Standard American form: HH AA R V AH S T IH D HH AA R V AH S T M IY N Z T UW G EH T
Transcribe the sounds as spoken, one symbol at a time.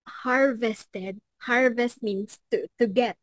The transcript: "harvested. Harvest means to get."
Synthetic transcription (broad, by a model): HH AA R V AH S T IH D HH AA R V AH S T M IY N S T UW G EH T